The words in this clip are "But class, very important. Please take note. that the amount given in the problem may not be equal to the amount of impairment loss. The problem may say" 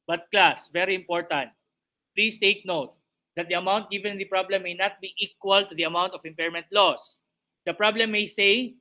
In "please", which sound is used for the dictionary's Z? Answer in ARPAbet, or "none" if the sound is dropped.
S